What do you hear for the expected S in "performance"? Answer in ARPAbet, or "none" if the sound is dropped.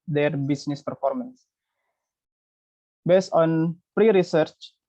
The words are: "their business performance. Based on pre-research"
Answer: S